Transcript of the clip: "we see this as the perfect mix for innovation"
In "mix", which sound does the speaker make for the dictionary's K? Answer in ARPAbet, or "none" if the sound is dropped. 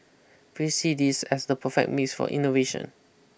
none